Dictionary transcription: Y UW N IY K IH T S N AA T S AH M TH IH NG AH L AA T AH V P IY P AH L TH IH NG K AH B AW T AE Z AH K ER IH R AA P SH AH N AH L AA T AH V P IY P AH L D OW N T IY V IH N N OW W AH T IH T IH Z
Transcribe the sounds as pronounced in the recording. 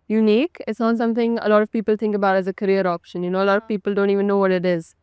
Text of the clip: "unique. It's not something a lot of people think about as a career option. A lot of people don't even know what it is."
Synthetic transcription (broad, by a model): Y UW N IY K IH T S N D S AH M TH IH NG AH L AA T AH V P IY P AH L T IH NG K AH B AW T AE Z AH K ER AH R AA P SH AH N AH L AA T AH V P IY P AH L D OW N T IY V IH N N OW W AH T IH T IH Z